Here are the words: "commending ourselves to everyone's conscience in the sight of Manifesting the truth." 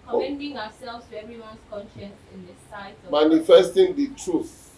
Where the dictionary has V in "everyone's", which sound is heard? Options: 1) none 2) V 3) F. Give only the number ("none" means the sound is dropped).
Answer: 1